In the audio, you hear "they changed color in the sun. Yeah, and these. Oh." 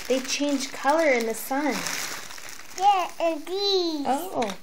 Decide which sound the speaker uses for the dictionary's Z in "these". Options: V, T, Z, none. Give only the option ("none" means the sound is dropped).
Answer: none